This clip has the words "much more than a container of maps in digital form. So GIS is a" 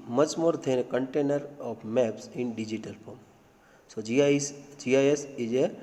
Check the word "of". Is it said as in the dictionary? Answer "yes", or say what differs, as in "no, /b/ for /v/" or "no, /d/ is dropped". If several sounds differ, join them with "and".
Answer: no, /p/ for /v/